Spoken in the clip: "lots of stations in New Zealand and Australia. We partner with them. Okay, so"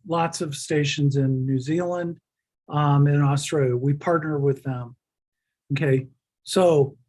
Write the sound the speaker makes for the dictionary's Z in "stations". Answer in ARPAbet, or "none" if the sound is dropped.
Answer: Z